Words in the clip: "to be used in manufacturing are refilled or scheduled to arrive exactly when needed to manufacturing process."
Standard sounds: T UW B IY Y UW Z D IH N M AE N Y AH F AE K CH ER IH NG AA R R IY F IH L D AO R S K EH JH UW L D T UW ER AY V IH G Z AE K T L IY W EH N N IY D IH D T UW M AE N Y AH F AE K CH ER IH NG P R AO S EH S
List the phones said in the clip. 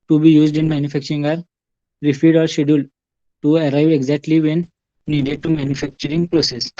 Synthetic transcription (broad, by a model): T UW B IY Y UW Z D IH N M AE N Y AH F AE K CH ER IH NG AA R R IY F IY D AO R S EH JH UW L T UW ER AY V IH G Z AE K T L IY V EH N N IY D IH D T UW M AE N Y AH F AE K CH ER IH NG P R AO S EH S